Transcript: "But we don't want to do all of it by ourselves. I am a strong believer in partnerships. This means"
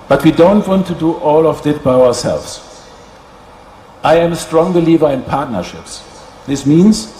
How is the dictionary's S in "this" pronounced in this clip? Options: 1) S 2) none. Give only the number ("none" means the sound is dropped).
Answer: 1